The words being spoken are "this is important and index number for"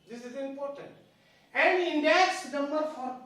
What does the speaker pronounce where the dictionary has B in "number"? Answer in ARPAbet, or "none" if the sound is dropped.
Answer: none